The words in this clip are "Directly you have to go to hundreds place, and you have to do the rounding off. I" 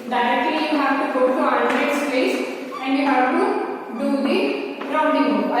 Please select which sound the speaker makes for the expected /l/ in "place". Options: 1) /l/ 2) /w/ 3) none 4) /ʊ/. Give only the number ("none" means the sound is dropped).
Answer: 3